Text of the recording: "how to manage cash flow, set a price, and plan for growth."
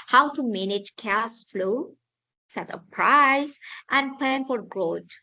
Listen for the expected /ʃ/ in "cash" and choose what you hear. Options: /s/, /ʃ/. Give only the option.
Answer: /s/